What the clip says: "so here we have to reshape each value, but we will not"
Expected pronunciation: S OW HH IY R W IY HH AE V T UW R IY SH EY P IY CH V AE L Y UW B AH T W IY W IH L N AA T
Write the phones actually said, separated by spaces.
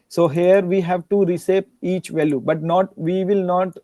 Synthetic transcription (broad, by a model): S OW HH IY R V IY HH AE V T UW R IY S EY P IY CH V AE L Y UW B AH T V IY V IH L N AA T